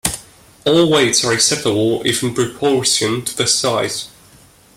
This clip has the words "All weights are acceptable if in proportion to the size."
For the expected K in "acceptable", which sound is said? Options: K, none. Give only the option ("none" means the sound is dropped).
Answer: none